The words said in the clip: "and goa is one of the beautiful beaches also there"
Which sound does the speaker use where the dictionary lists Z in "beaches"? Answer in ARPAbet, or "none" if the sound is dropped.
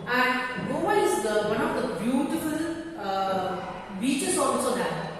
S